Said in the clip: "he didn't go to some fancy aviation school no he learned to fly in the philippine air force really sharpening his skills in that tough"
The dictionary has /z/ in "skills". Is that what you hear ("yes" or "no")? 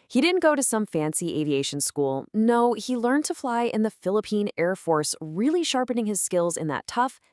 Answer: yes